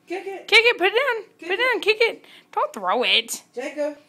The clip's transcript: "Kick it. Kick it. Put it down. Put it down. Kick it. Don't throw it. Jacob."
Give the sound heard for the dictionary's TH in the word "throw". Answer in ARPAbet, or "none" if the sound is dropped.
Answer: TH